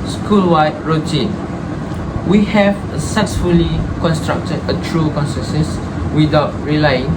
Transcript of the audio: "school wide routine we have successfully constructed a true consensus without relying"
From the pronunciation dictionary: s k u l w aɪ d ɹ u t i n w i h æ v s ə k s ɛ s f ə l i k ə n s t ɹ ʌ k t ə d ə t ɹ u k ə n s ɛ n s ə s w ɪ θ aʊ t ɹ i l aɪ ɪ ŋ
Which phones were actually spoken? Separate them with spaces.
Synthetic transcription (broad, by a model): s k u l w aɪ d ɹ u t i n w i h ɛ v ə s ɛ s f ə l i k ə n s t ɹ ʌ k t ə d ə t ɹ u k ə n s ɛ n s ə s w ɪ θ aʊ t ɹ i l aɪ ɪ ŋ